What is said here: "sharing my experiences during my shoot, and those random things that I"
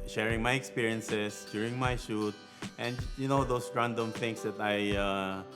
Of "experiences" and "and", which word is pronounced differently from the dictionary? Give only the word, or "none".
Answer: experiences